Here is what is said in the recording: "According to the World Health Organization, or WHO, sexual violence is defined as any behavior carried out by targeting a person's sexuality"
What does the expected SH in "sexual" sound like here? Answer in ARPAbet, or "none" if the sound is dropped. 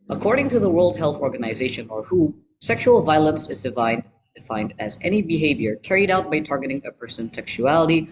SH